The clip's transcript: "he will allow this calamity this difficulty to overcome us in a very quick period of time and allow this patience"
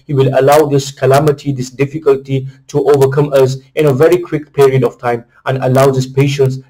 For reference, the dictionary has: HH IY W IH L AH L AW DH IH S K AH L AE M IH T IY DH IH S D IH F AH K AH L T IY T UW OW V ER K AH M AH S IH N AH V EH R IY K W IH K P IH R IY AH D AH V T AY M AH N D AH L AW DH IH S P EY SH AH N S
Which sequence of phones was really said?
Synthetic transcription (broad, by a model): HH IY W IH L AH L AW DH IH S K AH L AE M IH T IY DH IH S D IH F AH K AH L T IY T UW OW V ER K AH M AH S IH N AH V EH R IY K W IH K P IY R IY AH D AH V T AY M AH N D AH L AW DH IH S P EY SH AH N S